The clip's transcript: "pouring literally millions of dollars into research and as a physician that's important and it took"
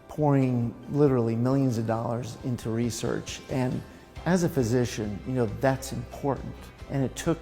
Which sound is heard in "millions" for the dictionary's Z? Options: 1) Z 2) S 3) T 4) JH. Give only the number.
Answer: 1